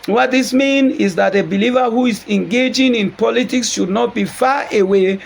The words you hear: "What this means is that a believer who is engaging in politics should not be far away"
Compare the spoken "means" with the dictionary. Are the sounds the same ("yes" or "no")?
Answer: no